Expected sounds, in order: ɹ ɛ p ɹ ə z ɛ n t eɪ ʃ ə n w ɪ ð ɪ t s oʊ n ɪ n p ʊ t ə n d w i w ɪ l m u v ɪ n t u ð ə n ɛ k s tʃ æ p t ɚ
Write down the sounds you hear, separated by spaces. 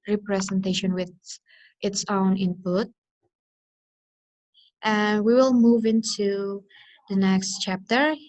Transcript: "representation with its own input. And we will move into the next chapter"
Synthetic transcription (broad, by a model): ɹ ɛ p ɹ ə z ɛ n t eɪ ʃ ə n w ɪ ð ɪ t s oʊ n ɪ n p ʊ t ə n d w i w ɪ l m u v ɪ n t u ð ə n ɛ k s tʃ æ p t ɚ